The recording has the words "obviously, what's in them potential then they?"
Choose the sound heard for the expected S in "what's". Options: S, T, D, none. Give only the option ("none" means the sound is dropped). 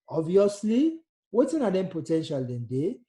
none